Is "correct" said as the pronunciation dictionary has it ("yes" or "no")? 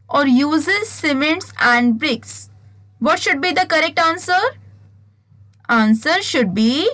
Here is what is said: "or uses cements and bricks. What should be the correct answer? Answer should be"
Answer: yes